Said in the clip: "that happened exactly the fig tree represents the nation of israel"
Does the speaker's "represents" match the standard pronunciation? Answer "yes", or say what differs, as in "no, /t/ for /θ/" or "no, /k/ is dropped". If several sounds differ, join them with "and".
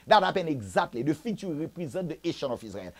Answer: no, /n/ is dropped